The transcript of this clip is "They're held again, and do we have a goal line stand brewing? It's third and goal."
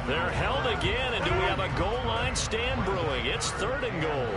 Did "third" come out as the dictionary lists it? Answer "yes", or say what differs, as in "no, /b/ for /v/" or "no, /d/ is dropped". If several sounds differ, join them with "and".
yes